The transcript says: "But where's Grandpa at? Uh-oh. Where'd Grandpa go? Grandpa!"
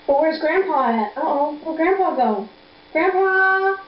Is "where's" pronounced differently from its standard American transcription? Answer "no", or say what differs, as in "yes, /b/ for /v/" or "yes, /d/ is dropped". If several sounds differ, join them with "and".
no